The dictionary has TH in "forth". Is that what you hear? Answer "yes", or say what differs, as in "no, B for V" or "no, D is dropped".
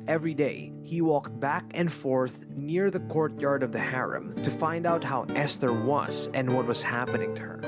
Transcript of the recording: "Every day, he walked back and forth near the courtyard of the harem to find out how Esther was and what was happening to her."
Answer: yes